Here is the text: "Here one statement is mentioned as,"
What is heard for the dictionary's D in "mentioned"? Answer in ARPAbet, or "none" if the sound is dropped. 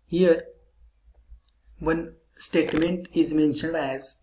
D